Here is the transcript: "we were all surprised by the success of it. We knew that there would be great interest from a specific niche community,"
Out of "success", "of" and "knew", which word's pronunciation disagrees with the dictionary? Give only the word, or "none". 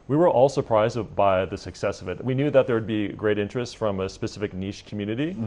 none